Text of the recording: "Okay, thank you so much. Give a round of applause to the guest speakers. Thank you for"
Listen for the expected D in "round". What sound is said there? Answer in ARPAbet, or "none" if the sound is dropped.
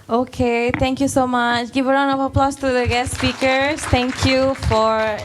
none